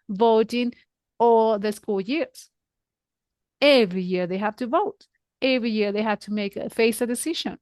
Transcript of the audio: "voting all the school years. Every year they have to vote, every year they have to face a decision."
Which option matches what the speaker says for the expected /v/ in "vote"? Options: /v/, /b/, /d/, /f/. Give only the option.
/v/